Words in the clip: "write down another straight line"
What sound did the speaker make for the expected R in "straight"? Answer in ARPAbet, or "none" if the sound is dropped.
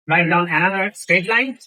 none